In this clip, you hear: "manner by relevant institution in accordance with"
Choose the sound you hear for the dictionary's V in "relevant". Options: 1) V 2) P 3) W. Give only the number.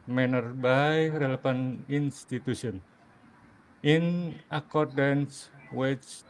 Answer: 2